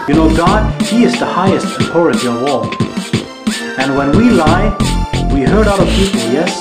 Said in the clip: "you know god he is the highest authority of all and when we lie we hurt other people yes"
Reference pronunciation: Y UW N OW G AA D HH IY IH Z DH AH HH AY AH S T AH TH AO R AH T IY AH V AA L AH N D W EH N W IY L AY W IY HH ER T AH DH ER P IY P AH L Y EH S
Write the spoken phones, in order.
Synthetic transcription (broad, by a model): Y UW N OW G AA D HH IY IH Z DH AH HH AY AH S T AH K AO R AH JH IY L W AA L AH N W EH N W IY L AY W IY HH ER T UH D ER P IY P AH L Y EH S